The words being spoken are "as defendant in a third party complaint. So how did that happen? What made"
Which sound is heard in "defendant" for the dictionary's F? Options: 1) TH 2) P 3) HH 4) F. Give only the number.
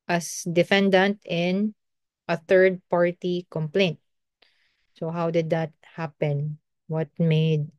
4